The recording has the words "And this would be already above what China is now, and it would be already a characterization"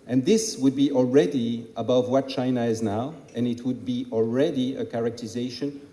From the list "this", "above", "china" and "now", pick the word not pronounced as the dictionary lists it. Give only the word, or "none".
none